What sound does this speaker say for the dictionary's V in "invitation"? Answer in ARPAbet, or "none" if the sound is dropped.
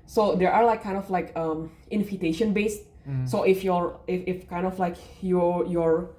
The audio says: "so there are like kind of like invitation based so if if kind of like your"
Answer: F